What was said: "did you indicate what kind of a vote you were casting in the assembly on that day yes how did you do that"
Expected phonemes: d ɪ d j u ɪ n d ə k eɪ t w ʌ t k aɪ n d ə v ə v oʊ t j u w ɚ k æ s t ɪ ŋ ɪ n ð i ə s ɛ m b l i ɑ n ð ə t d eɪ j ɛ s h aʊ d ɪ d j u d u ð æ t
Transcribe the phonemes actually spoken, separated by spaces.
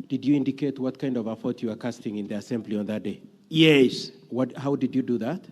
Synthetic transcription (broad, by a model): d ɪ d j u ɪ n d ə k eɪ t w ʌ t k aɪ n d ə v ə f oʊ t j u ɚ k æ s t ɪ ŋ ɪ n ð i ə s ɛ m b l i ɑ n ð ə t d eɪ j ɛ s h aʊ d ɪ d j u d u ð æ t